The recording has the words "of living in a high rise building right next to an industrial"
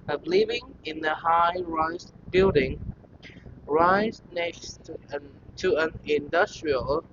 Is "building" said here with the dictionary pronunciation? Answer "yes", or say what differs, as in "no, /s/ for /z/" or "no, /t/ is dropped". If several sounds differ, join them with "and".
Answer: yes